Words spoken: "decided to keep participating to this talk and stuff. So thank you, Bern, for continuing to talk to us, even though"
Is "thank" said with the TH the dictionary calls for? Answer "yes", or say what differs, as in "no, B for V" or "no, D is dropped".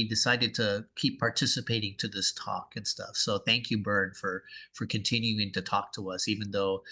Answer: yes